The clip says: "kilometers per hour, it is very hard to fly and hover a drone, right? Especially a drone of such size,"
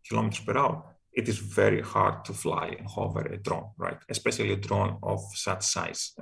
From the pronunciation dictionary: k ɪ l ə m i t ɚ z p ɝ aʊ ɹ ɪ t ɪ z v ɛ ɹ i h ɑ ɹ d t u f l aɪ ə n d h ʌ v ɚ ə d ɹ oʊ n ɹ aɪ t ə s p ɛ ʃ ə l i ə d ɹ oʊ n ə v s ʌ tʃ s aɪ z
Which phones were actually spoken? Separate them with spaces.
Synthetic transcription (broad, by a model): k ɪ l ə m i t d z p ɝ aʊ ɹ ɪ t ɪ z v ɛ ɹ i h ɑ ɹ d t u f l aɪ ə n d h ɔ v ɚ ə d ɹ oʊ n ɹ aɪ t ə s p ɛ ʃ ə l i ə d ɹ oʊ n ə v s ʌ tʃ s aɪ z